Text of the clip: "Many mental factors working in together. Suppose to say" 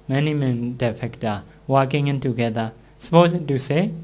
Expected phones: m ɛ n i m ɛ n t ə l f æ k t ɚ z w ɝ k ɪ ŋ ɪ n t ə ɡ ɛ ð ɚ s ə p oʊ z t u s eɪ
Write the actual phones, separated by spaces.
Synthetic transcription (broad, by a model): m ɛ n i m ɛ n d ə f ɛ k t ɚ w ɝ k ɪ ŋ ɪ n t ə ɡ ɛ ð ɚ s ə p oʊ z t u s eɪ